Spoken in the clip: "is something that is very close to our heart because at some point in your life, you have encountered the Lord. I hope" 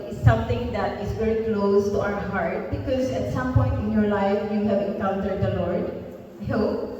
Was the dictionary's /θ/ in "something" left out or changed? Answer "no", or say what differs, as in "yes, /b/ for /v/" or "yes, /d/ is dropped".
yes, /t/ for /θ/